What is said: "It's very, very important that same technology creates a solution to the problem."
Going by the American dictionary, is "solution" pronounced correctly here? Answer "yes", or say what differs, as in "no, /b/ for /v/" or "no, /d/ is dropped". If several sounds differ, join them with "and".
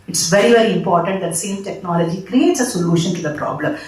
yes